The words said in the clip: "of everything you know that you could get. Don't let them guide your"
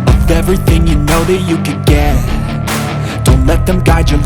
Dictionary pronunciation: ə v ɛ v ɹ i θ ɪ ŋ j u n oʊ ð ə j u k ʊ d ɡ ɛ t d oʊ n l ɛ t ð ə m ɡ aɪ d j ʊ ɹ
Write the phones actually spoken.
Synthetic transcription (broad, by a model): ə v ɛ v ɹ i θ ɪ ŋ j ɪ n oʊ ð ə j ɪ k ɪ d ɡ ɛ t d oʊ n l ɛ t ð ə m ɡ aɪ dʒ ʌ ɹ